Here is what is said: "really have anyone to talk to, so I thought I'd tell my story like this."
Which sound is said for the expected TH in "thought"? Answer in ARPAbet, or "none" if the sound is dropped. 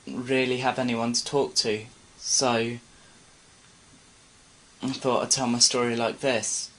TH